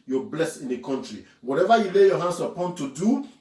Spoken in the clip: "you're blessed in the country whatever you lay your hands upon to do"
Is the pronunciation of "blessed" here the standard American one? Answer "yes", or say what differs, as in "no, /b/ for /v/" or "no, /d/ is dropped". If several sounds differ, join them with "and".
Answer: no, /t/ is dropped